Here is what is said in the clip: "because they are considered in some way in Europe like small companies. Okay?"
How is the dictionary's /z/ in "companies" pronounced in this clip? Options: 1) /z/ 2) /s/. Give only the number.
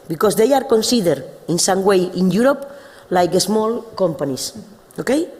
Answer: 2